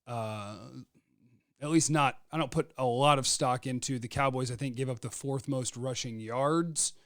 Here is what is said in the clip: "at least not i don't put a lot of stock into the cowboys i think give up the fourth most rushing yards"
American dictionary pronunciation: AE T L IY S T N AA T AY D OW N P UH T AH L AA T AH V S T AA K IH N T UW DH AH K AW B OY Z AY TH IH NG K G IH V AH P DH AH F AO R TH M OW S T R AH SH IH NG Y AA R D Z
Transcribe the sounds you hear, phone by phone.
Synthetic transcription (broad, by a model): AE T L IY S T N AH T AY D OW N P UH T AH L AA T AH V S T AA K IH N T UW DH AH K AW B OY Z AY TH IH NG K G IH V AH P DH AH F AO R TH M OW S T R AH SH IH NG Y AA R D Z